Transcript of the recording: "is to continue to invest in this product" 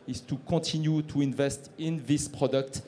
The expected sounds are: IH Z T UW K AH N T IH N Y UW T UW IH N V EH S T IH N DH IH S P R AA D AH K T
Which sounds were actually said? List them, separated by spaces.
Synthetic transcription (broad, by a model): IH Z T UW K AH T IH N Y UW T UW IH N V EH S T IH N DH IH S P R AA D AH K T